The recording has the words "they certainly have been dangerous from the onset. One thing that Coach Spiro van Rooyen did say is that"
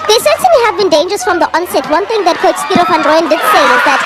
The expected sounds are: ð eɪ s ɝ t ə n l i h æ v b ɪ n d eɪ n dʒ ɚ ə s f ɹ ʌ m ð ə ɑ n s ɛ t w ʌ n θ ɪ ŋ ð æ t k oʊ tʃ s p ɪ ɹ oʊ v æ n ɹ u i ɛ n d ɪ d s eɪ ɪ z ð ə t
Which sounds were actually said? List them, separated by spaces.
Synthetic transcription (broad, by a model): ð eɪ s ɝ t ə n i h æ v b ɪ n d eɪ n dʒ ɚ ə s f ɹ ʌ m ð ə ɑ n s ɛ t w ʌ n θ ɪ ŋ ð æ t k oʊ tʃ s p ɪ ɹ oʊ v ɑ n ɹ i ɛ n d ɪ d s eɪ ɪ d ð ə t